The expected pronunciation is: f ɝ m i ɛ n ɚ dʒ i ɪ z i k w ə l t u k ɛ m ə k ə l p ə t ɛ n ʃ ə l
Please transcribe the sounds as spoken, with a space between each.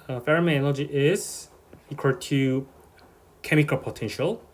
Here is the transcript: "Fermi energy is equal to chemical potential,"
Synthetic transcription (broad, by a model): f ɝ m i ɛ l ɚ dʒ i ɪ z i k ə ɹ t u k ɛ m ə k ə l p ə t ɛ n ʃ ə l